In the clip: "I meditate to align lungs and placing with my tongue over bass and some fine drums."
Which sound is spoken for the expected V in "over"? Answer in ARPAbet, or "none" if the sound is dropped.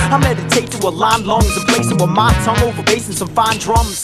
V